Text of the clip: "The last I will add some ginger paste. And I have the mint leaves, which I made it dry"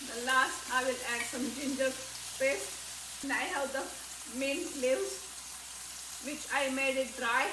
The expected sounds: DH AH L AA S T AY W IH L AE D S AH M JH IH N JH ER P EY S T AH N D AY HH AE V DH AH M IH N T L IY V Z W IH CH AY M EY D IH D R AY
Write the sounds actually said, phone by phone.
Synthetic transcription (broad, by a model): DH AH L AA S T AY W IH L AE D S AH M JH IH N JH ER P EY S AH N AY HH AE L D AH M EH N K L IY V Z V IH CH AY M EY D IH D R AY